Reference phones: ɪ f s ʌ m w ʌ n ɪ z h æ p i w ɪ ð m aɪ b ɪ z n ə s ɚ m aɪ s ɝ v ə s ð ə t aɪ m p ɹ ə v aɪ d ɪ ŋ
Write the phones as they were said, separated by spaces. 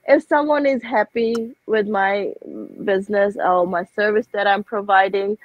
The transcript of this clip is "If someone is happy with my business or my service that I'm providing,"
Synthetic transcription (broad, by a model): ɪ f s ʌ m w ʌ n ɪ z h æ p i w ɪ ð m aɪ b ɪ z n ə s ɚ m aɪ s ɝ v ə s ð ə t aɪ m p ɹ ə v aɪ d ɪ ŋ